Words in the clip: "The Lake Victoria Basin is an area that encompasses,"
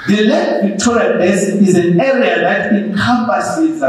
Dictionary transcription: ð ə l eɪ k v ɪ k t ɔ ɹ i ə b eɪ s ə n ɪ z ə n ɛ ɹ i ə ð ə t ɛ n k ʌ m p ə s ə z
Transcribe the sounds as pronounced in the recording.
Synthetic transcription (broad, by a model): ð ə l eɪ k v ɪ k t ɔ ɹ i ə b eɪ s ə ɪ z ə n ɛ ɹ i ə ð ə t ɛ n k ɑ m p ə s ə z